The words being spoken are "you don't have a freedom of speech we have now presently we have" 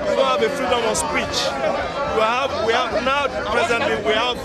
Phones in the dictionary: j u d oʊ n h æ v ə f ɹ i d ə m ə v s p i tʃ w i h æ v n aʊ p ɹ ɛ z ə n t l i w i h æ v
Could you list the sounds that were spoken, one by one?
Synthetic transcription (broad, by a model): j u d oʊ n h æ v ə f ɹ i d ə m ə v s p i tʃ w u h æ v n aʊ p ɹ ɛ z ə n t l i w i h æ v